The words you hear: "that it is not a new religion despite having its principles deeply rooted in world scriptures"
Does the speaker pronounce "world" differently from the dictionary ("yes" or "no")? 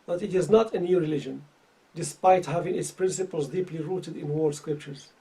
yes